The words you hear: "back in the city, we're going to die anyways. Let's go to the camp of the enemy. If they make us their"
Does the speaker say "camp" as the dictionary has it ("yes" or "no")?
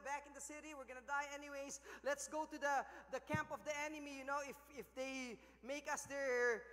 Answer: yes